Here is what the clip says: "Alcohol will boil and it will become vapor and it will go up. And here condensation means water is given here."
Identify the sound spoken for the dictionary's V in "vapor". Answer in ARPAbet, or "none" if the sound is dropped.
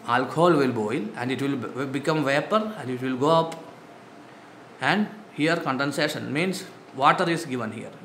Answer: V